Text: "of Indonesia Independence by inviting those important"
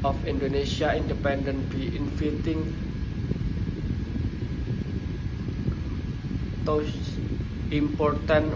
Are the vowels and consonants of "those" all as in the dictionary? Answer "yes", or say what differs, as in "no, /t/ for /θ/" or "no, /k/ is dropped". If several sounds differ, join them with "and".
no, /z/ is dropped